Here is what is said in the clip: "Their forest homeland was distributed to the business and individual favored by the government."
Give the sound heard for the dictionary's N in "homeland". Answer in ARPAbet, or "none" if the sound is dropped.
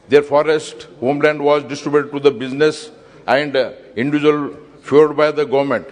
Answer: N